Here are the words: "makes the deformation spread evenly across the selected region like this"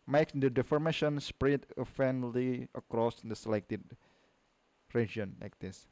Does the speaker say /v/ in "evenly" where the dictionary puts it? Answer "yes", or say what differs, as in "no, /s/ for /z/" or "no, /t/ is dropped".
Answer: no, /f/ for /v/